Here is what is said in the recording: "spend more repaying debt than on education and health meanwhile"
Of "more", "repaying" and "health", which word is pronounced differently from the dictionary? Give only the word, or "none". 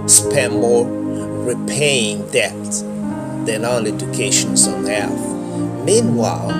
none